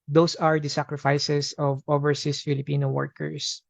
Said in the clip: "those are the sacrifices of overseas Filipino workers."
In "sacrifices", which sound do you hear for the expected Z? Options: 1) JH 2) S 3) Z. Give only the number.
2